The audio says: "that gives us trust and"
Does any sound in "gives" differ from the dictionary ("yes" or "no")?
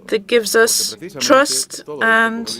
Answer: no